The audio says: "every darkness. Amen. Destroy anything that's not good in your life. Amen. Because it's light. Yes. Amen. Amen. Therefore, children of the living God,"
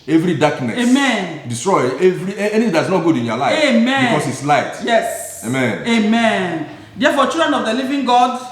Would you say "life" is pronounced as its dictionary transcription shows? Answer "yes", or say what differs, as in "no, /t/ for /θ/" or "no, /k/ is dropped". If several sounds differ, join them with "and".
no, /f/ is dropped